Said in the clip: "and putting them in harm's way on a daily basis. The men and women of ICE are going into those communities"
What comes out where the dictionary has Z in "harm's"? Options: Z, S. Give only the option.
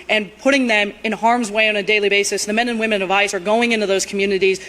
Z